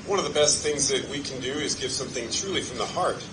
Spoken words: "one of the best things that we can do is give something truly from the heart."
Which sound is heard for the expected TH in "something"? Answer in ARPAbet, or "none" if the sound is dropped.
TH